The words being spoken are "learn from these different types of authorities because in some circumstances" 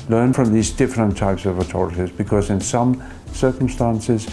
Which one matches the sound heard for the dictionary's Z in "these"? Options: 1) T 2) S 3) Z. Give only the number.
3